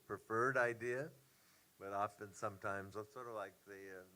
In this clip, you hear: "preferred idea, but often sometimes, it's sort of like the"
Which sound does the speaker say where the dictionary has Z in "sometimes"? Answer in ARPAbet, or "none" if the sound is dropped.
Z